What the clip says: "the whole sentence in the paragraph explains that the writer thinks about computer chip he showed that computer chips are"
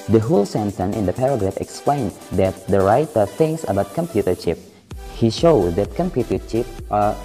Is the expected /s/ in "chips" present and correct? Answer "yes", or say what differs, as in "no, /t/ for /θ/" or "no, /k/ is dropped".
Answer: no, /s/ is dropped